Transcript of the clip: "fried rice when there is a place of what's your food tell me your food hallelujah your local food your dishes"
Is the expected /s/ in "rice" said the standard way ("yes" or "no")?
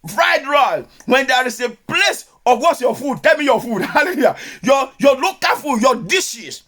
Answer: no